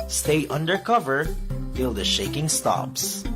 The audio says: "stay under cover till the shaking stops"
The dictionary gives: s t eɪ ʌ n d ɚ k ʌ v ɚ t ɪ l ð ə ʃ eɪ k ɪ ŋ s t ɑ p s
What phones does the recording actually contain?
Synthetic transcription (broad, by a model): s t eɪ ʌ n d ɚ k ʌ v ɚ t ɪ l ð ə ʃ eɪ k ɪ ŋ s t ɑ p s